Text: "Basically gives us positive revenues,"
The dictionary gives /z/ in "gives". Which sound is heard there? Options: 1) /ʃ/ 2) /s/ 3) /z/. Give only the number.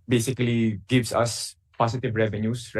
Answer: 2